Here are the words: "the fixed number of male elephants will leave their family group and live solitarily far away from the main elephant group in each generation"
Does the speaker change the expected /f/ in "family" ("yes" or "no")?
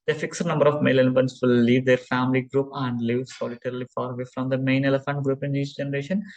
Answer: no